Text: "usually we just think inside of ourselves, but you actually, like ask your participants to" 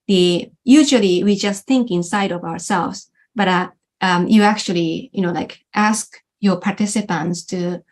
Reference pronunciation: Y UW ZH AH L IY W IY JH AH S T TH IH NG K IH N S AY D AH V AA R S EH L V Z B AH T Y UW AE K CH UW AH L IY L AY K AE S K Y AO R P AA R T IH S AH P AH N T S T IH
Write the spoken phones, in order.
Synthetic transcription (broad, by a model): Y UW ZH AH L IY W IY JH AH S T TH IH NG K IH N S AY D AH V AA R S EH L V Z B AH T Y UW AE K CH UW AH N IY L AY K AE S K Y AO R P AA R T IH S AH P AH N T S T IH